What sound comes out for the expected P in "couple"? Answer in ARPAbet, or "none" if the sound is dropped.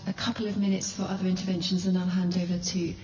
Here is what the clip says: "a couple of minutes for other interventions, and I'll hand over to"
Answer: P